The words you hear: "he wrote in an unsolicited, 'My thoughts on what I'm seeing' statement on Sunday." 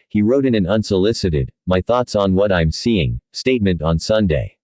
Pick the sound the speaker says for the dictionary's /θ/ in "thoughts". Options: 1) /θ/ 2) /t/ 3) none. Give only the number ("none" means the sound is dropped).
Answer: 1